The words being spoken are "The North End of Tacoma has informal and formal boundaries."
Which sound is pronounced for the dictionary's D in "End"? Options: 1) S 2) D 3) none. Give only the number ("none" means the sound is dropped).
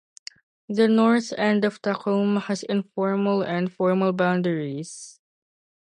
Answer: 2